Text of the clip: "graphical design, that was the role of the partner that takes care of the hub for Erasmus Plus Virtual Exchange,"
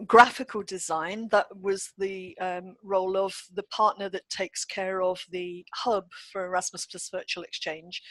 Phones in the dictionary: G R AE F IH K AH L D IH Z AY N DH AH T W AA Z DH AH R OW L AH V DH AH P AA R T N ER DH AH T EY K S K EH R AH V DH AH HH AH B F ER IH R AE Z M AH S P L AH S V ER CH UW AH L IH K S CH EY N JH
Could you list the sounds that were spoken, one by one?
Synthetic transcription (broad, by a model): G R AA F IH K AH L D IH Z AY N DH AH T W AA Z DH AH R OW L AH V DH AH P AA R T N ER DH AH T EY K S K EH R AH V DH AH HH AH B F ER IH R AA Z M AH S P AH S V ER CH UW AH L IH K S CH EY N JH